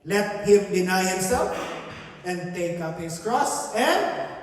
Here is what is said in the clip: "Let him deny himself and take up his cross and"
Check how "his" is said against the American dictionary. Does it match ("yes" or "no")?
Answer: no